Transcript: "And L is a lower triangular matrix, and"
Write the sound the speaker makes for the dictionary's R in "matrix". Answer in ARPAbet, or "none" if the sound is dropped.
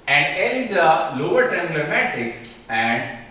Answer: none